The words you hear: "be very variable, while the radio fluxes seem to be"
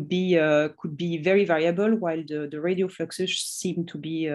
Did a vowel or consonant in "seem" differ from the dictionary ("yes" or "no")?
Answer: no